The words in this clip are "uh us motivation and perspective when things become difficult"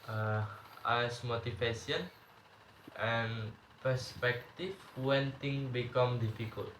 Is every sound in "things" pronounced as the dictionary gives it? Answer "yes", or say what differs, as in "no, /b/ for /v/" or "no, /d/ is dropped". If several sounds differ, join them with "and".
no, /t/ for /θ/ and /z/ is dropped